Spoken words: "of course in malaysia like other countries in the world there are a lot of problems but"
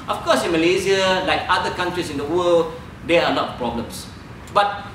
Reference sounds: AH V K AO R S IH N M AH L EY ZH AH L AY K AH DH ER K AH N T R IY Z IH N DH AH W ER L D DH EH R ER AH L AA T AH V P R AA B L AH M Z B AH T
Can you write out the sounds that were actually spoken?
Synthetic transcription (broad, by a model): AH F K AO S IH N M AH L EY Z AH L AY K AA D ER K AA N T R IY S IH N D AH W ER L D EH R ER AH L AA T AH P R AA B L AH M S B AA T